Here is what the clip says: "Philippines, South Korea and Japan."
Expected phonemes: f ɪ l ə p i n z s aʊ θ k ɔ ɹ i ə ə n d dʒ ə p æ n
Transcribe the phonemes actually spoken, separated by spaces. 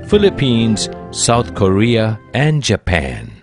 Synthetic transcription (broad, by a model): f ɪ l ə p i n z s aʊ t k ɔ ɹ i ə ə n d dʒ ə p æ n